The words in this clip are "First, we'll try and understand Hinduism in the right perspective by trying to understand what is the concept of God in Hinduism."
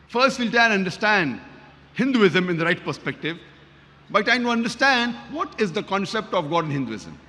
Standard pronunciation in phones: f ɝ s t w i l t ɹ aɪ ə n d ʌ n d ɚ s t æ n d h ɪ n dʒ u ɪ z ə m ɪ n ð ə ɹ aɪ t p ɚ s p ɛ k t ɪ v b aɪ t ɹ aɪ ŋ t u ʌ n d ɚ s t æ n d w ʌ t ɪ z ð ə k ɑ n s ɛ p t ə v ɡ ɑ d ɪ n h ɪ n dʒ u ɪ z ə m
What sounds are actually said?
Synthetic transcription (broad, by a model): f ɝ s t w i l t aɪ ə n d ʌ d s t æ n d h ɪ n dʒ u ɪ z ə m ɪ n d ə ɹ aɪ t p ɚ s p ɛ k t ɪ v b aɪ t aɪ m t u ʌ n d ɚ s t æ n d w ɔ t ɪ z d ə k ɑ n s ɛ p t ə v ɡ ɑ d ɪ n h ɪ n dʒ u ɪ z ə m